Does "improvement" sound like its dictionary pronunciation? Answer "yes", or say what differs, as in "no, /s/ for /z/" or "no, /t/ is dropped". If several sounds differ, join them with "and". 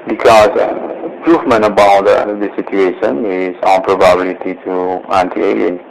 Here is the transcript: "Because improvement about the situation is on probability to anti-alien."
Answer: no, /f/ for /v/ and /t/ is dropped